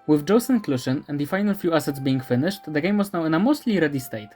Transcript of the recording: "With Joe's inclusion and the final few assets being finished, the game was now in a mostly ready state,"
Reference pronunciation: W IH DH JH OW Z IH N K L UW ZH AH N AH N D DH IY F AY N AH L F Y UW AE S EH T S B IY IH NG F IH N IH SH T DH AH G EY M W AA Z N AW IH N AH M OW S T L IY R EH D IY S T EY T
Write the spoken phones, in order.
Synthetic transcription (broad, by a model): W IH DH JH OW S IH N K L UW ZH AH N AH N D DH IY F AY N AH L F Y UW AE S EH T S B IY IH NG F IH N IH SH T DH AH G EY M W AA Z N AW IH N AH M OW S T L IY R EH D IY S T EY T